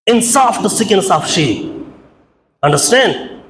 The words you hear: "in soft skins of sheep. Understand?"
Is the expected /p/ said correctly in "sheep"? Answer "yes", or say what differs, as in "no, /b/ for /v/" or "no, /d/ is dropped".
no, /p/ is dropped